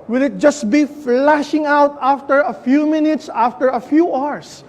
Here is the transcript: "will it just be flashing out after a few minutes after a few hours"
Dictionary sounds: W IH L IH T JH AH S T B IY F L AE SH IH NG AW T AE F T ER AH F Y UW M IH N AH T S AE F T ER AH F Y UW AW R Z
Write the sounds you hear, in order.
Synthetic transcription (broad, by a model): W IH L IH T JH AH S T B IY F L AE SH IH NG AW T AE F T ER AH F Y UW M IH N AH T S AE F T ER AH F Y UW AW R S